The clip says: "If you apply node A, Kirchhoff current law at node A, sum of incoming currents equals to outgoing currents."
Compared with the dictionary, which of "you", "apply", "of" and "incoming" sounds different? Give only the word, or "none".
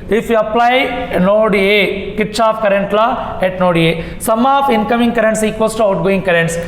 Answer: of